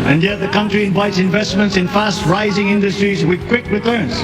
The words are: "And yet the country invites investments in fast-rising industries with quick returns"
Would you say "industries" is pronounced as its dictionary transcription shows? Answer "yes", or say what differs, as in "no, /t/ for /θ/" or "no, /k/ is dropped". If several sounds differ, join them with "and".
yes